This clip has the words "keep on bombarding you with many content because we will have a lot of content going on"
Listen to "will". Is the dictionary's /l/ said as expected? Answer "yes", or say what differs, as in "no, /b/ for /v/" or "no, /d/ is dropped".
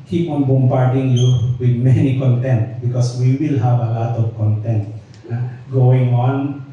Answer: yes